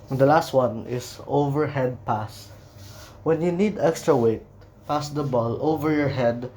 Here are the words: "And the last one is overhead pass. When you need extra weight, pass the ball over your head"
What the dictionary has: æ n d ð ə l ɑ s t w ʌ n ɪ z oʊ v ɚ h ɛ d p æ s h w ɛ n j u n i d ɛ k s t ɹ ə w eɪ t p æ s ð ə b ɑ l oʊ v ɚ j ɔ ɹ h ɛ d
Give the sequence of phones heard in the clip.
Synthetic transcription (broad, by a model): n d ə l ɑ s t w ʌ n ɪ s oʊ v ɚ h ɛ d p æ s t w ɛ n j u n i d ɛ k s t ɹ ə w eɪ t p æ s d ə b ɑ l oʊ v ɚ j ɔ ɹ h ɛ d